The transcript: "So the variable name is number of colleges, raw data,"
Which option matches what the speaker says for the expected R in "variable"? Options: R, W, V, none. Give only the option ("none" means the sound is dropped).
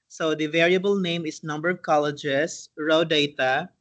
R